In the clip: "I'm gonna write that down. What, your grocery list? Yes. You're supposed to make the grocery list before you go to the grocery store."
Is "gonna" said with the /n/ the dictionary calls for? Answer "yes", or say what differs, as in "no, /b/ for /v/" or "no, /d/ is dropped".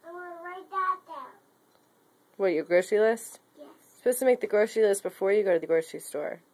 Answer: no, /n/ is dropped